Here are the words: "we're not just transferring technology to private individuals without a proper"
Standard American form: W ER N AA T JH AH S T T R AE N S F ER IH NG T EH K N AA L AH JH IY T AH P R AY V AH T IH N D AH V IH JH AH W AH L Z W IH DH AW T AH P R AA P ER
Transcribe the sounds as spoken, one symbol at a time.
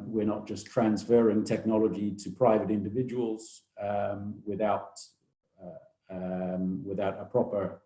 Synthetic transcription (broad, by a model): W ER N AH T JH AH S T T R AE N S F ER IH NG T EH K N AA L AH JH IY T AH P R AY V AH T IH N D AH V IH JH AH W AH L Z W IH DH AW T AH P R AA P ER